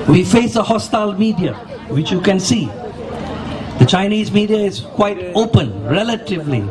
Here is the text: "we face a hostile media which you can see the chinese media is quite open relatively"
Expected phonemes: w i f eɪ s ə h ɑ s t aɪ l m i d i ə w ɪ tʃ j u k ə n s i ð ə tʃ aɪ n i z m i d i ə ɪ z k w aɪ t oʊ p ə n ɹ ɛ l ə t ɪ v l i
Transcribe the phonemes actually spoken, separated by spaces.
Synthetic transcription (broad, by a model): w i f eɪ s ə h ɑ s t aɪ l m i d i ə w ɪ tʃ j u k ə n s i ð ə tʃ aɪ n i z m i d i ə ɪ z k w aɪ t oʊ p ə n ɹ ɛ l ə t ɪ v l i